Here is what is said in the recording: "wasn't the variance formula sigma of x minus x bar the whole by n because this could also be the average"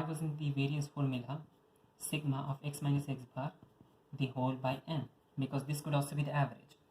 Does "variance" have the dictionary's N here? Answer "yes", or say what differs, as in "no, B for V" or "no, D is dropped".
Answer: no, N is dropped